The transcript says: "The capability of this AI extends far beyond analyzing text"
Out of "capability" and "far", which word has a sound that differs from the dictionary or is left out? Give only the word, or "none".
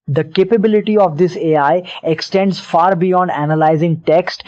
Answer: none